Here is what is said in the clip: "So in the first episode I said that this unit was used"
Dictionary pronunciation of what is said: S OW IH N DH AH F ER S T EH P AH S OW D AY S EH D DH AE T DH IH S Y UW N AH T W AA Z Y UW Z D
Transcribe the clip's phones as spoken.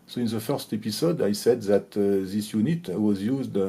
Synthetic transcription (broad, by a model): S OW IH N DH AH F ER S T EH P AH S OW D AY S EH D DH AE T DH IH S Y UW N AH T W AA Z Y UW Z D